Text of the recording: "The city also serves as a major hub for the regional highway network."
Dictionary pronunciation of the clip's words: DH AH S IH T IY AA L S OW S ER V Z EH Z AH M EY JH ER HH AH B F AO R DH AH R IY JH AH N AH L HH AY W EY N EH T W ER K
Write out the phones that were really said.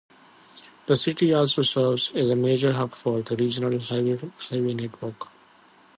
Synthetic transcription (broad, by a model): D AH S IH T IY AA L S OW S ER V Z EH Z AH M EY JH ER HH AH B F AO R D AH R IY JH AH N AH L HH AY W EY N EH T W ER K